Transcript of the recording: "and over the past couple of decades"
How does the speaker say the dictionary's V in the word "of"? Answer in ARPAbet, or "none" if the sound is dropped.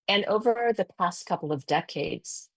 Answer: V